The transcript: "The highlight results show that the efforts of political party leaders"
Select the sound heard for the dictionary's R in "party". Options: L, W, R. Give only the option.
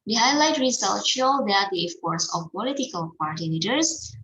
R